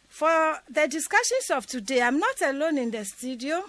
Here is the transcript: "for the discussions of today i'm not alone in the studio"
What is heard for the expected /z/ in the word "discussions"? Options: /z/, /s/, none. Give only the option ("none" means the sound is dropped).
/s/